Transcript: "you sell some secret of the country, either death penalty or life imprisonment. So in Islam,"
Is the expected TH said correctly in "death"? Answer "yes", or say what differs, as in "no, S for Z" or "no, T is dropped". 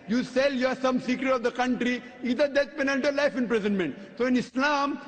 no, T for TH